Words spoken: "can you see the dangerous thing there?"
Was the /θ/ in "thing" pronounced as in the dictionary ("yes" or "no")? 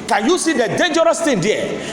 no